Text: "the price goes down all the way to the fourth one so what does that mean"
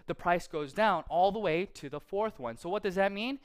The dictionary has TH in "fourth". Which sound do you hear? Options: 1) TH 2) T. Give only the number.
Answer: 1